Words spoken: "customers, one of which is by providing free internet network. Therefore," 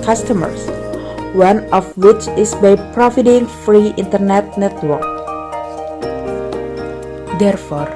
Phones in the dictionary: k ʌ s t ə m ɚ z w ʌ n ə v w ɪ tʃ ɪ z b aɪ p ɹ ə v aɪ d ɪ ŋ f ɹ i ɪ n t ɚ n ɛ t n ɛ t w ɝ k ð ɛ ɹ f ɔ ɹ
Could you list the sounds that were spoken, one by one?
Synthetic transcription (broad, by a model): k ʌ s t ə m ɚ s w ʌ n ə f w ɪ tʃ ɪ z b aɪ p ɹ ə f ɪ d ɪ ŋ f ɹ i ɪ n t ɚ n ɛ t n ɛ t w ɝ k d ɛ ɹ f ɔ ɹ